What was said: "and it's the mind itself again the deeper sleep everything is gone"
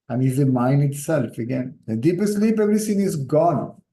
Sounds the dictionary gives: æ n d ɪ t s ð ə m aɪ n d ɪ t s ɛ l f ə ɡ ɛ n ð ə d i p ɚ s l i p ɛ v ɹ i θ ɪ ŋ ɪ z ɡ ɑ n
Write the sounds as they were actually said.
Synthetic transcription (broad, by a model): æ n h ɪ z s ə m aɪ n d ɪ t s ɛ l f ə ɡ ɛ n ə d i p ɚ s l i p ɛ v ɹ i s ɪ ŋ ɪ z ɡ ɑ n